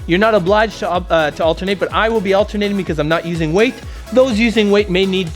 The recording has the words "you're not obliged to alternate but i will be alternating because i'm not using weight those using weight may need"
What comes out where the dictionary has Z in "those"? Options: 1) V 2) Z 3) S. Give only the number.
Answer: 2